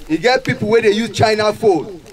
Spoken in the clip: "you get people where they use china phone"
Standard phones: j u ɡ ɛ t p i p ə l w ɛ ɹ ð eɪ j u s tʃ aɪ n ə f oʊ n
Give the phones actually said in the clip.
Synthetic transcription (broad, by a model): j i ɡ ɛ t p i p ə l w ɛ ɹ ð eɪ j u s tʃ aɪ n ə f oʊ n